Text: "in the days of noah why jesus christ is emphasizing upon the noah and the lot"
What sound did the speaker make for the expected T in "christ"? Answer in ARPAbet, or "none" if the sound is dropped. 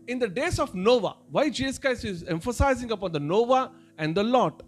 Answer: none